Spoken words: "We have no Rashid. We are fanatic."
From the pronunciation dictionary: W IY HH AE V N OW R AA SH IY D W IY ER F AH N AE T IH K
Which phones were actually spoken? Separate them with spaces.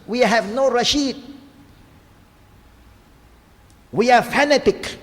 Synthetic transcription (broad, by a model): W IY HH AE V N OW R AA SH IY D W IY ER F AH N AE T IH K